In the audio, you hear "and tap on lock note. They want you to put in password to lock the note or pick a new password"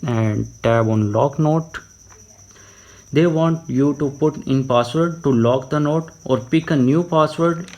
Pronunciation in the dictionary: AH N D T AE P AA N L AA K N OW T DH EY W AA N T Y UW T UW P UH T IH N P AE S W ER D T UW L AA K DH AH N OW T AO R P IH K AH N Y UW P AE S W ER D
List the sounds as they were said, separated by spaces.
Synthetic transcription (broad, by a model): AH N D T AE B AA N L AA K N OW T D EY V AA N T Y UW T UW P UH T IH N P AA S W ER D T UW L AA K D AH N OW T AO R P IH K AH N Y UW P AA S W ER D